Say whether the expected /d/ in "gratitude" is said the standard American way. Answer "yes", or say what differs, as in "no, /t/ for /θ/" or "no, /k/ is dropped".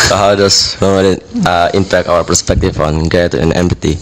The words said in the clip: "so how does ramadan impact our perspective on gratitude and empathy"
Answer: no, /d/ is dropped